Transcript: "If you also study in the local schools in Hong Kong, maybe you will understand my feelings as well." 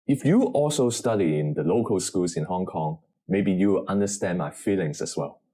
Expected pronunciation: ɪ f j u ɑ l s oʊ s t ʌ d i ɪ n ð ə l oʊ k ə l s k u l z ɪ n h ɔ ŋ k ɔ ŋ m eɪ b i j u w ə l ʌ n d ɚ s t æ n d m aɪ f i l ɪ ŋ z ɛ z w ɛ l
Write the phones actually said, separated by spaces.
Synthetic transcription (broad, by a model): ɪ f j u ɑ l s oʊ s t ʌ d i ɪ n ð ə l oʊ k ə l s k u l s ɪ n h ɔ ŋ k ɔ ŋ m eɪ b i j u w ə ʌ n d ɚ s t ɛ n m aɪ f i l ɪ ŋ s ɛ s w ɛ l